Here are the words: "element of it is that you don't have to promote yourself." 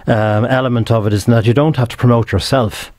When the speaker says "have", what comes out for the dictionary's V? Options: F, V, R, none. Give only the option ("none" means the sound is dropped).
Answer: F